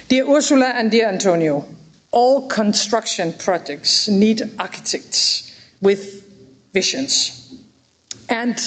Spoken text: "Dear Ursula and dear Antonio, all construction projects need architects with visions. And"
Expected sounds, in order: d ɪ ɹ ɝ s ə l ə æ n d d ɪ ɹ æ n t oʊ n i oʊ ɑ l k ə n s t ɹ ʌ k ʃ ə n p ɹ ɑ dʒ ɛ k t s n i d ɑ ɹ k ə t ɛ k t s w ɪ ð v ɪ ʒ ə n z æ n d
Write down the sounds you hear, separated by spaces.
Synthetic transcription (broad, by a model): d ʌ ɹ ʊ s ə l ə æ n d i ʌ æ n t oʊ n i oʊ ɑ l k ə n s t ɹ ʌ k ʃ ə n p ɹ ɑ dʒ ɛ k t s n i d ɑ k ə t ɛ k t s w ɪ ð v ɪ ʃ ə n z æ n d